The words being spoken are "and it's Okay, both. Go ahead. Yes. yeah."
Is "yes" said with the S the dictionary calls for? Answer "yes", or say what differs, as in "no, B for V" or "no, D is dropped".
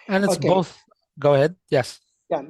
yes